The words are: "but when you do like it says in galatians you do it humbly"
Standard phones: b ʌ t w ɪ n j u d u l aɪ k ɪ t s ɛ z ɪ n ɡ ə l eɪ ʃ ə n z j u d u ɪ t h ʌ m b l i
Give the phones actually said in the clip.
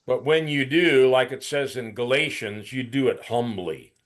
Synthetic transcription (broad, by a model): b ʌ t w ɪ n j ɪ d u l aɪ k ɪ t s ɛ z ɪ n ɡ ə l eɪ ʃ ə n z j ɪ d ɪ ɪ t h ʌ m b l i